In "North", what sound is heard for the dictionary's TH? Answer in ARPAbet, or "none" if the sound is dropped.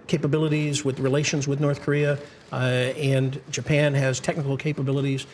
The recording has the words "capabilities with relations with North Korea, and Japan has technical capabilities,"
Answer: TH